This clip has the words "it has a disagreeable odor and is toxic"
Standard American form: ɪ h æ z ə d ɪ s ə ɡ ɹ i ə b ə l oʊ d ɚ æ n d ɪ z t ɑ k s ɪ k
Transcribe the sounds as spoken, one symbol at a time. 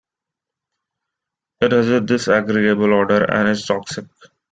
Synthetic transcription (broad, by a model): ɪ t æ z ə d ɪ s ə ɡ ɹ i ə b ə l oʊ d ɚ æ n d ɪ s t ɑ k s ɪ k